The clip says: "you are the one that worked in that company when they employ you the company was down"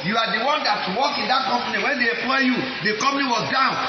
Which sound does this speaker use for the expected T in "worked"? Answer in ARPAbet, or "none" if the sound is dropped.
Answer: none